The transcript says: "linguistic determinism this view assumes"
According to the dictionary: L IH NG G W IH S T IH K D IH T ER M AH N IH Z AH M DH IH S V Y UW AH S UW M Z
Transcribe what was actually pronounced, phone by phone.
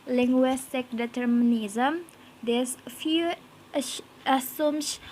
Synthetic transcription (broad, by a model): L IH NG G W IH S T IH K D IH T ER M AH N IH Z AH M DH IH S F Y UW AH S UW M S